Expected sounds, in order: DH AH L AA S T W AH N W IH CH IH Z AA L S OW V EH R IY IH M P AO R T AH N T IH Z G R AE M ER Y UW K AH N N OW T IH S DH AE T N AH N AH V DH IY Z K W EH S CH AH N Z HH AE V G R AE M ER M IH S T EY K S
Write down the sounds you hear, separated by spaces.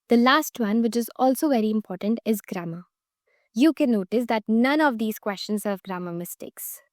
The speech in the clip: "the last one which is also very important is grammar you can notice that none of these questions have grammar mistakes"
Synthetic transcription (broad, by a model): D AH L AA S T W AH N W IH CH IH Z AA L S OW V EH R IY IH M P AO R T AH N T IH Z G R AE M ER Y UW K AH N N OW T IH S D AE T N AH N AH V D IY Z K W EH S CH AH N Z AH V G R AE M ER M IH S T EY K S